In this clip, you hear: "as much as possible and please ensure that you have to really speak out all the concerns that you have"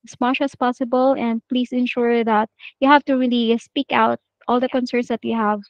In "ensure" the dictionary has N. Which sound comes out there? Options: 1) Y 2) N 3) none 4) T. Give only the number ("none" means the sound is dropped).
2